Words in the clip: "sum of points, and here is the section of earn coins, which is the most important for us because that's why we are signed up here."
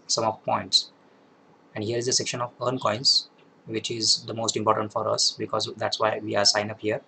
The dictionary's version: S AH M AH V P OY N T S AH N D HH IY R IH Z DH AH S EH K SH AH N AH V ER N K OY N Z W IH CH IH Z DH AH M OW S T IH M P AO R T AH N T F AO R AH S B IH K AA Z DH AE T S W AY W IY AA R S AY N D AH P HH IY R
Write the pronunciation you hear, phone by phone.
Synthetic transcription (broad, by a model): S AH M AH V P OY N T S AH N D HH IY R IH Z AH S EH K SH AH N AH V ER N K OY N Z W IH CH IH Z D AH M OW S T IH M P AO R T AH N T F AO R AH S B IH K AA Z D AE T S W AY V IY AA R S AY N AH P HH IY R